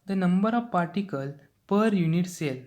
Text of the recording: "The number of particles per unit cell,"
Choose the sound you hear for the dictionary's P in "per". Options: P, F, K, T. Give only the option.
P